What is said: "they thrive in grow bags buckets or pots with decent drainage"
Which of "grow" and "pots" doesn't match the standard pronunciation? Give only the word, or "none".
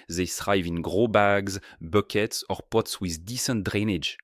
none